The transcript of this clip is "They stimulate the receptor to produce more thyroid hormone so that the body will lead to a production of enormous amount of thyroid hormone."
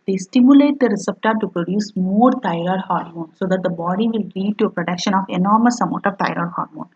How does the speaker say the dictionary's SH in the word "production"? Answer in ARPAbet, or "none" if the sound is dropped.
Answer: SH